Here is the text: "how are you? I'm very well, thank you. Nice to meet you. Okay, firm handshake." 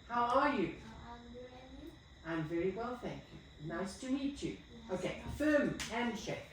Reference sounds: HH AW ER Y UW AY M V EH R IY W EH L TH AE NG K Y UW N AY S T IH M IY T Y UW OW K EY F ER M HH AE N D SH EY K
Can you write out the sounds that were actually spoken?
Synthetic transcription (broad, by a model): HH AW ER Y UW AY M V EH R IY W EH L TH AE NG K Y UW N AY S T IH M IY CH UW OW K EY F ER M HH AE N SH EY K